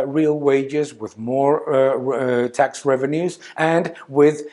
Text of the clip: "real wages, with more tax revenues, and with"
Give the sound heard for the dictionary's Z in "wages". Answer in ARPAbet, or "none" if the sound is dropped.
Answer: Z